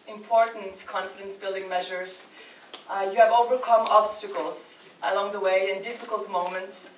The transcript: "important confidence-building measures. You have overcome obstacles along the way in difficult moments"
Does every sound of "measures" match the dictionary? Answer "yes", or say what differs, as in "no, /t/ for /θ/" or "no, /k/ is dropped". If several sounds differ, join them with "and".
yes